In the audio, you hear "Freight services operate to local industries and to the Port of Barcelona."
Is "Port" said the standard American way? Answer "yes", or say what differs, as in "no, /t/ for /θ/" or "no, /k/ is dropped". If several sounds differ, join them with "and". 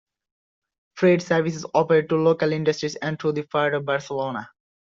no, /f/ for /p/